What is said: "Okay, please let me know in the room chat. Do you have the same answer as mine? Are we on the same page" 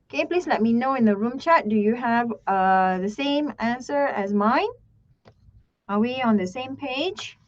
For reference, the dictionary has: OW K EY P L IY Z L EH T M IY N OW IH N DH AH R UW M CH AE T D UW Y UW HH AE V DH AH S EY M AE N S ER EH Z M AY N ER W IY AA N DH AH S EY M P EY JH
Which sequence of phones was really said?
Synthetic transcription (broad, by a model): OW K EY P L IY S L EH T M IY N OW IH N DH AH R UW M CH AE T D UW Y UW HH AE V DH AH S EY M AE N S ER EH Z M AY N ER W IY AA N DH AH S EY M P EY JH